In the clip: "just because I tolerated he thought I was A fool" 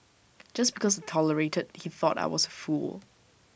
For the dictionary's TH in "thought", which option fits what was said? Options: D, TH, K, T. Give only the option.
TH